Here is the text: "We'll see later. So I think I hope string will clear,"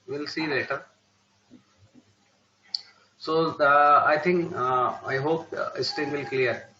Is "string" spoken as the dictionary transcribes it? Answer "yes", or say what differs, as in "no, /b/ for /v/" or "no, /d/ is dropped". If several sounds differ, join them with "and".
no, /ɹ/ is dropped